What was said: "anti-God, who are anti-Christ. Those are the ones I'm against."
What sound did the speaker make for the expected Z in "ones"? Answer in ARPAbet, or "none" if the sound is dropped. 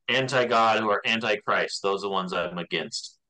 Z